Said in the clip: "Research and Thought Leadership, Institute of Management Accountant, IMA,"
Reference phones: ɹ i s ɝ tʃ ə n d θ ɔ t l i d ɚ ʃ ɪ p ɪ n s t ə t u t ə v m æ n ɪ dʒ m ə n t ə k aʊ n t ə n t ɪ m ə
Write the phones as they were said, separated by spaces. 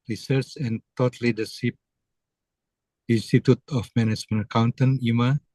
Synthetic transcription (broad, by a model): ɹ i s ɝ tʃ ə n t ɔ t l i d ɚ s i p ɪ n s t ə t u t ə f m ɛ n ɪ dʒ m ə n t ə k aʊ n t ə n ɪ m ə